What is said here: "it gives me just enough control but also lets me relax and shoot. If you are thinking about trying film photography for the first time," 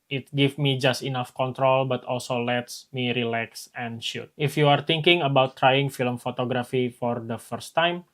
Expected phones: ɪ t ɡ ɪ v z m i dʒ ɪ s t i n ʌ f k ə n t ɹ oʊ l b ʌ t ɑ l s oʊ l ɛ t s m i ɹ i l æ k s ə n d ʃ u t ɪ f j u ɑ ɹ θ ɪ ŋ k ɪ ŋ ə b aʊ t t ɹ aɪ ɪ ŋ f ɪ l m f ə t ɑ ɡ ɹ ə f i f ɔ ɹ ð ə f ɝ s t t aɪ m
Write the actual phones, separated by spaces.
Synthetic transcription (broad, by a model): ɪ t ɡ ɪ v m i dʒ ɪ s t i n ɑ f k ə n t ɹ oʊ l b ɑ t ɑ l s oʊ l ɛ t s m i ɹ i l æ k s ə n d ʃ u t ɪ f j u ɑ ɹ t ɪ ŋ k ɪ ŋ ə b aʊ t t ɹ aɪ ɪ ŋ f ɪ l m f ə t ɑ ɡ ɹ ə f i f ɔ ɹ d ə f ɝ s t t aɪ m